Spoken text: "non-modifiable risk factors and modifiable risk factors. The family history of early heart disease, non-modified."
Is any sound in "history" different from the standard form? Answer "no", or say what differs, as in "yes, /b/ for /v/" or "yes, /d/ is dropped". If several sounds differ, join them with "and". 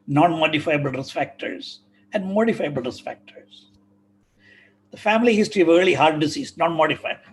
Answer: yes, /ɹ/ is dropped